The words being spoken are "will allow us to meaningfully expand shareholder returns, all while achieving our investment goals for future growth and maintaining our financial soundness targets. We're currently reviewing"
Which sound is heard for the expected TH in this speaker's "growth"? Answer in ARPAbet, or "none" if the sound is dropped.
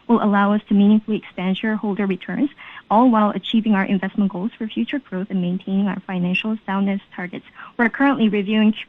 TH